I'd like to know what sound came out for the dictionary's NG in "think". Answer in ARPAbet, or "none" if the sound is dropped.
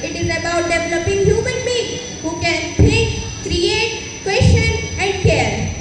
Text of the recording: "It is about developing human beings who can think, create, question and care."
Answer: none